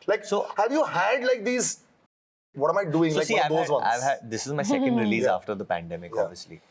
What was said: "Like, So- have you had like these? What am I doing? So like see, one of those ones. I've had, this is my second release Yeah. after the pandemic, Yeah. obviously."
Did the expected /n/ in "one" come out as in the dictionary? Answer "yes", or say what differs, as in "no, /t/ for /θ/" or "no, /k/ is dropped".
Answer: no, /n/ is dropped